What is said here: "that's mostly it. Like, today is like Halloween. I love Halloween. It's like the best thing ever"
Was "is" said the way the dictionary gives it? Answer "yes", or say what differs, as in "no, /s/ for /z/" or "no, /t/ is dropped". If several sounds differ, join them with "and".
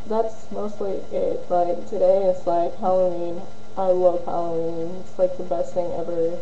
no, /s/ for /z/